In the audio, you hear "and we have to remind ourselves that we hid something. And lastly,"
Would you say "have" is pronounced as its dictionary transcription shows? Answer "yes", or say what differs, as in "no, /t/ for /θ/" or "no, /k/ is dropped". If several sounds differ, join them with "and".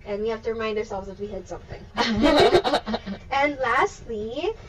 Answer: no, /f/ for /v/